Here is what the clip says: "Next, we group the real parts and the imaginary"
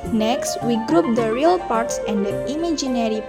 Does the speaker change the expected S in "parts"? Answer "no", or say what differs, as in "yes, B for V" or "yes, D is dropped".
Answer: no